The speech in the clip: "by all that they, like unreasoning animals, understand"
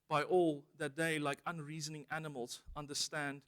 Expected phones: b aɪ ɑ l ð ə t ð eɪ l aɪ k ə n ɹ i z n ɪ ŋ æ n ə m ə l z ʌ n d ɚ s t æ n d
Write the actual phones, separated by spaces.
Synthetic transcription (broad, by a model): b aɪ ɑ l ð ə t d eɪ l aɪ k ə n ɹ i z n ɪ ŋ æ n ə m ə l z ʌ n d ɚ s t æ n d